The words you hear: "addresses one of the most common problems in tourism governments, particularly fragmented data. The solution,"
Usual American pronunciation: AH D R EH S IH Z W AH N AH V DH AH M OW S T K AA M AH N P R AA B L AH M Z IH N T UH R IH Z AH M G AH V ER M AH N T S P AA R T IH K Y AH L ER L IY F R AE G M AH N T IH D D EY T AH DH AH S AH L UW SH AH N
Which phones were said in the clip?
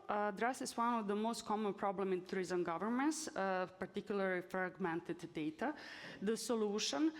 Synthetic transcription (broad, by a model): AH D R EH S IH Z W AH N AH V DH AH M OW S T K AA M AH N P R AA B L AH M IH N T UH R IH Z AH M G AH V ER M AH N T S P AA R T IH K Y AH L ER L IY F R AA G M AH N T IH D D EY T AH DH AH S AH L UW SH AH N